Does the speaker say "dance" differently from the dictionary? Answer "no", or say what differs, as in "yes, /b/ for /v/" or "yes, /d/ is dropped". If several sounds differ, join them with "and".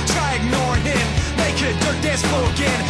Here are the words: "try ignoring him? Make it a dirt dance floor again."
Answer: yes, /n/ is dropped